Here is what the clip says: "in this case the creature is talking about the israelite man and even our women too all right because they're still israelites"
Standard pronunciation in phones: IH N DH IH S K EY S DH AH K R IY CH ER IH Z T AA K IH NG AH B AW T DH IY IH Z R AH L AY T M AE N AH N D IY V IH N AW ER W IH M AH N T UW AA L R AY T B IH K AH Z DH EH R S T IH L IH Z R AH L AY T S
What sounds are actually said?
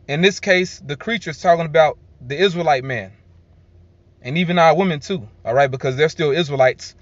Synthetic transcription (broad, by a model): IH N DH IH S K EY S DH AH K R IY CH ER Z T AA K IH NG AH B AW T DH IY IH Z R AH L AY T M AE N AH N IY V IH N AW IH W IH M AH N T UW AA L R AY T B IH K AH Z DH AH R S T IH L IH Z R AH L AY T S